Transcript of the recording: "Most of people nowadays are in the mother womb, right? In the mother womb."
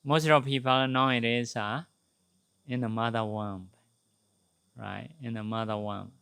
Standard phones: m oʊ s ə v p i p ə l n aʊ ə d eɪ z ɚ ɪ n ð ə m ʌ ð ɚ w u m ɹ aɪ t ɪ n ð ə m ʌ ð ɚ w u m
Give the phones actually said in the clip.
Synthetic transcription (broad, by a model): m oʊ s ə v p i p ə n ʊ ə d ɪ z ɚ ɪ n ð ə m ʌ ð ɚ w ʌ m ɹ aɪ t ɪ n ð ə m ʌ ð ɚ w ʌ m